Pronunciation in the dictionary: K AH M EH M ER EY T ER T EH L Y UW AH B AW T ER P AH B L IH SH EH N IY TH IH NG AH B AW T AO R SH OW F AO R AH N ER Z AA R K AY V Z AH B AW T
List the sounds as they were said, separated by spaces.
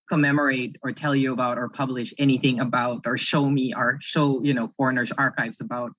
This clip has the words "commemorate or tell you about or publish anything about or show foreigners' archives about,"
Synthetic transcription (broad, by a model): K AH M EH M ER EY T ER T EH L Y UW AH B AW T ER P AH B L IH SH EH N IY TH IH NG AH B AW T AO R SH OW F AO R AH N ER Z AA R K AY V Z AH B AW T